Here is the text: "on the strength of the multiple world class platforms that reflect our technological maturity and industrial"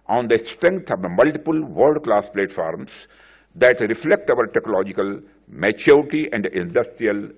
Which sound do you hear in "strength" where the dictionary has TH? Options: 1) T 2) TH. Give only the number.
1